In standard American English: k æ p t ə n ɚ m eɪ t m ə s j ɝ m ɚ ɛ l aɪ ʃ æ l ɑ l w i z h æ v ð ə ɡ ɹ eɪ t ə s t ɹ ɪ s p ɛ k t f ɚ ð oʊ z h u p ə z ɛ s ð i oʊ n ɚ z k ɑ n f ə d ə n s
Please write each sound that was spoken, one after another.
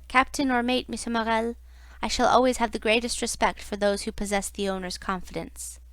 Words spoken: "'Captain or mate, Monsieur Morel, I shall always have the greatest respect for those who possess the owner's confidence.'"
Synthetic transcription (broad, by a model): k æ p t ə n ɚ m eɪ t m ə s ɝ m ɚ ɛ l aɪ ʃ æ l ɑ l w i z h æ v ð ə ɡ ɹ eɪ t ə s t ɹ ɪ s p ɛ k t f ɚ ð oʊ z h u p ə z ɛ s ð i oʊ n ɚ z k ɑ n f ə d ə n s